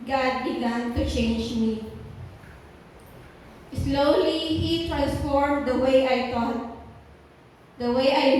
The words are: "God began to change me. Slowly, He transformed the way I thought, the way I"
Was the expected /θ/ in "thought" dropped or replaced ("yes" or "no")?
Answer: yes